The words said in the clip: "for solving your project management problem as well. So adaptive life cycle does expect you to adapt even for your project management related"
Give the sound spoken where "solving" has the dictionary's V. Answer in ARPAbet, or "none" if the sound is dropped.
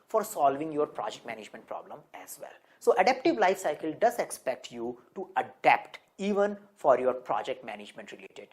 V